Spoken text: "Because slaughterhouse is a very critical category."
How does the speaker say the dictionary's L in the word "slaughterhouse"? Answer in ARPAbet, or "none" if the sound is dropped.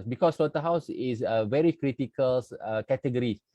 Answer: none